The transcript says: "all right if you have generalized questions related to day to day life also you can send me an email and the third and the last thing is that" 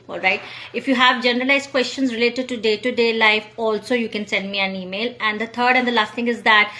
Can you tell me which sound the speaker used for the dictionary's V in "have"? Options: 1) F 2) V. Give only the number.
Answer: 2